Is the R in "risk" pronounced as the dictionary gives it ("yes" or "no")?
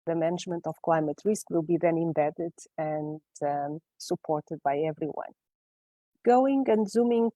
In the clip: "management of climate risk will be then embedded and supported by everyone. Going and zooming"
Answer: yes